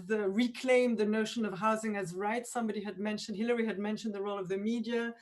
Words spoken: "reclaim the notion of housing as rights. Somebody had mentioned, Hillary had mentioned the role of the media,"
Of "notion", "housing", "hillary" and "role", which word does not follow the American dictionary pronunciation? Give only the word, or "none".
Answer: none